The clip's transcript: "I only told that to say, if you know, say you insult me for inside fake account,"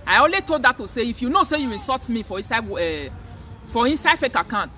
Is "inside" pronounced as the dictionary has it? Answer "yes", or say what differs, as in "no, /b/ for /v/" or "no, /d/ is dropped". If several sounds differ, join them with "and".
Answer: yes